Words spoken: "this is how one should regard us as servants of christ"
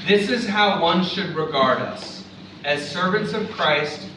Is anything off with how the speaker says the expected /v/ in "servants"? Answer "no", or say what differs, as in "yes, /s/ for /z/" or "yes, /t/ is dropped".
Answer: no